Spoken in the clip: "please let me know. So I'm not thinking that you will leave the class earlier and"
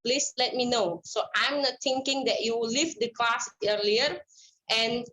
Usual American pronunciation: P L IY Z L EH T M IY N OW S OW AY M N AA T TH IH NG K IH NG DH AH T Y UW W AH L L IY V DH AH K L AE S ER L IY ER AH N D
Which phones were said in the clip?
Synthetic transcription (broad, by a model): P L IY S L EH T M IY N OW S OW AY M N AA T T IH NG K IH NG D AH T Y UW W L L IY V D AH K L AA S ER L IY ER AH N